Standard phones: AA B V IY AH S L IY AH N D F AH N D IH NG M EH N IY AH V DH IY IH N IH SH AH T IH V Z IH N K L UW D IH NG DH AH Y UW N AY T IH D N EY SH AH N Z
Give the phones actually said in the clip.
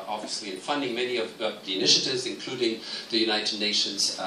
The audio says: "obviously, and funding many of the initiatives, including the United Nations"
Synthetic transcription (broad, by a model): AA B V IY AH S L IY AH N F AH N D IH NG M EH N IY AH V DH IY IH N IH SH AH T IH V Z IH N K L UW D IH NG DH AH Y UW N AY T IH D N EY SH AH N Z